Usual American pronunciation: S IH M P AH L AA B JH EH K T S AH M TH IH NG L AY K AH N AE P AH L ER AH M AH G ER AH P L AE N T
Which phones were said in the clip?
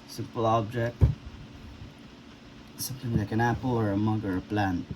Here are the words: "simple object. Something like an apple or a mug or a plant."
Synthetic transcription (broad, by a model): S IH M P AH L AA B JH EH K T S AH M T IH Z L AY K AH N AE P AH L ER AH M AH G ER AH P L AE N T